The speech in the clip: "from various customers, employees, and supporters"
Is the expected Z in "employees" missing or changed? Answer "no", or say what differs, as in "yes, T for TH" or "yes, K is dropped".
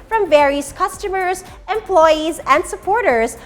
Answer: no